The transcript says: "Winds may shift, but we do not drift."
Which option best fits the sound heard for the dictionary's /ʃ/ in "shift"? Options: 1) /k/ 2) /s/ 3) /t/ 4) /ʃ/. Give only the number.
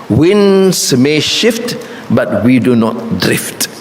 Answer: 4